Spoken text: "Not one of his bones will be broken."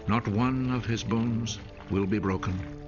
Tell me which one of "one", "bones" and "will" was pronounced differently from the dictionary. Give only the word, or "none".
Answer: none